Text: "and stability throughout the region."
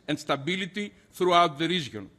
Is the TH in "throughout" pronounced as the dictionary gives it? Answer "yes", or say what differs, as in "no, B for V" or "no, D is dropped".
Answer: yes